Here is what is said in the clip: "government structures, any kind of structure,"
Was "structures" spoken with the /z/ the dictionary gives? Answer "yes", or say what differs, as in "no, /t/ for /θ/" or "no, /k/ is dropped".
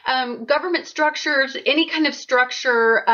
yes